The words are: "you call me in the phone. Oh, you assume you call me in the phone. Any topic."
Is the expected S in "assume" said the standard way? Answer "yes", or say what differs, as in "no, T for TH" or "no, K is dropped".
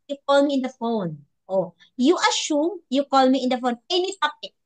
no, SH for S